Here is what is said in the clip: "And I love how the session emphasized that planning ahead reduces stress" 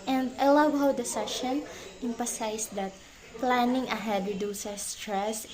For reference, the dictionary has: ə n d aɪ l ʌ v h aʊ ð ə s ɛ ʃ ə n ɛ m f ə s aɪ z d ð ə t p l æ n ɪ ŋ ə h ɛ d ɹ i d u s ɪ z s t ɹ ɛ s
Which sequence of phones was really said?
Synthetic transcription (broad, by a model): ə n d aɪ l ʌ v h aʊ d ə s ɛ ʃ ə n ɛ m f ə s aɪ s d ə t p l æ n ɪ ŋ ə h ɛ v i d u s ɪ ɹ s t ɹ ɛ s